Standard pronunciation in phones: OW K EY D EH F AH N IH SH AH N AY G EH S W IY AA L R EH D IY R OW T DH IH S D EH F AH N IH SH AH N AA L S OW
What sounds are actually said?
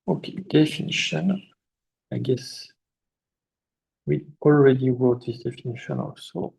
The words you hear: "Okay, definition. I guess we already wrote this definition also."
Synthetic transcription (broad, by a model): OW K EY D EH F AH N IH SH AH N AY G EH S W IY AA L R EH D IY W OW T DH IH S D EH F AH N IH SH AH N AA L S OW